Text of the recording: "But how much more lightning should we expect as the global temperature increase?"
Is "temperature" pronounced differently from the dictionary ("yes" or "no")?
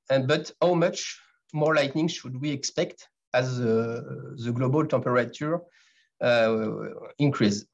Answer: yes